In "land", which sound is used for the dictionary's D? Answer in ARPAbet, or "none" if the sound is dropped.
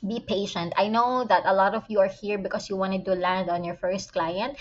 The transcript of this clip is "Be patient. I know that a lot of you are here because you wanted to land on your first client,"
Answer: D